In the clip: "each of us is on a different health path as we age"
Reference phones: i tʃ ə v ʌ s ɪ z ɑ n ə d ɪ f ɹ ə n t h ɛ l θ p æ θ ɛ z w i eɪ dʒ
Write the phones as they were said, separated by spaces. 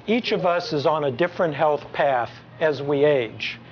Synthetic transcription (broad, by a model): i tʃ ə v ʌ s ɪ z n ə d ɪ f ɹ ə n t h ɛ l θ p æ θ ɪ z w i eɪ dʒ